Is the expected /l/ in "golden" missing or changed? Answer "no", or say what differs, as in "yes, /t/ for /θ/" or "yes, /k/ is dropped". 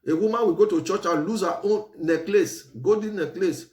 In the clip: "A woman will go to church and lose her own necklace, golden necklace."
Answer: yes, /l/ is dropped